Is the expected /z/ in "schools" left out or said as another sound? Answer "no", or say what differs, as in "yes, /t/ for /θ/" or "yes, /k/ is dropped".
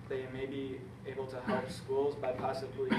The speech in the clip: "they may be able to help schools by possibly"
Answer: no